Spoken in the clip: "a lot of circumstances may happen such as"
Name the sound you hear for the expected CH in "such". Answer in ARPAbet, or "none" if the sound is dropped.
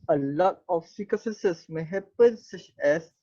CH